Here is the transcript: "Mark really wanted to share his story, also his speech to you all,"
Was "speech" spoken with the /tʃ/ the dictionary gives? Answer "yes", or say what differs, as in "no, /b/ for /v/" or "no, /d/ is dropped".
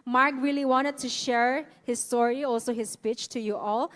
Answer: yes